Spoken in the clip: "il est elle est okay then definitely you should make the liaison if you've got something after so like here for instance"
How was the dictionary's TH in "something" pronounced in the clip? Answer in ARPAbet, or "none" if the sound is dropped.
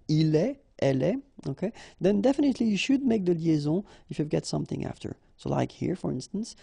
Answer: TH